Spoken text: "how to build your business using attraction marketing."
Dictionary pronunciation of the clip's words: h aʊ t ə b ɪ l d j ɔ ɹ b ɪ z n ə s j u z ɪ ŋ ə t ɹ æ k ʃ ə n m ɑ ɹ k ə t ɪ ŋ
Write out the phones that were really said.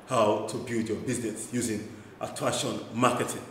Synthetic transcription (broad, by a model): h aʊ t ə b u d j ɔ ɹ b ɪ z n ə s j u z ɪ ŋ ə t æ ʃ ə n m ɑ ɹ k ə t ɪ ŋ